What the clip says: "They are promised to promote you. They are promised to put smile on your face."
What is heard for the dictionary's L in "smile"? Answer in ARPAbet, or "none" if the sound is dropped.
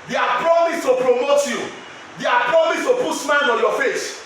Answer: N